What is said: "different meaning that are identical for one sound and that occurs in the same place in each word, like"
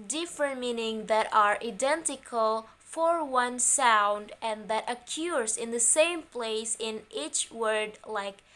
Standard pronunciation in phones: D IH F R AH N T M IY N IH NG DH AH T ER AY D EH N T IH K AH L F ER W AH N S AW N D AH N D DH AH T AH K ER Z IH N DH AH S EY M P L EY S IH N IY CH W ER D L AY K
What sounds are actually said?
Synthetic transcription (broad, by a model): D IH F R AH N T M IY N IH NG DH AH T ER AY D EH N T IH K AH L F ER W AH N S AW N D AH N DH AH T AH K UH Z IH N DH AH S EY M P L EY S IH N IY CH W ER D L AY K